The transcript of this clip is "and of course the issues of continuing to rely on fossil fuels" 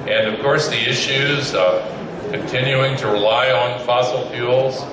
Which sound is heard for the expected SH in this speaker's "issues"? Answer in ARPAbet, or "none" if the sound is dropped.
SH